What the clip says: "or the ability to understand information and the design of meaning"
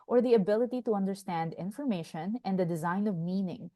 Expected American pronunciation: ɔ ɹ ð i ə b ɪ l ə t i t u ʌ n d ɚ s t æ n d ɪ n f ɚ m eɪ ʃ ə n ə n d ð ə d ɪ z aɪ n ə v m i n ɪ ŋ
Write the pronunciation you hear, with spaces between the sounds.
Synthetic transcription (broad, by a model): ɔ ɹ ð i ə b ɪ l ə t i t u ʌ n d ɚ s t æ n d ɪ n f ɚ m eɪ ʃ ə n ə n d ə d ɪ z aɪ n ə v m i n ɪ ŋ